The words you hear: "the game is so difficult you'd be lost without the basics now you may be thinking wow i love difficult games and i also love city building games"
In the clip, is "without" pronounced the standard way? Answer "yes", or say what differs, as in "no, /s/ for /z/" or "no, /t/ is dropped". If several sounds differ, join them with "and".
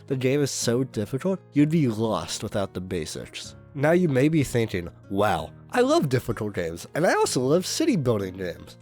yes